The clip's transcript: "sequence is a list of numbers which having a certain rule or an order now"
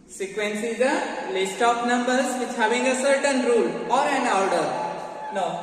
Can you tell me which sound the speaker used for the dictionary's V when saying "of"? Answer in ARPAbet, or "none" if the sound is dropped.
P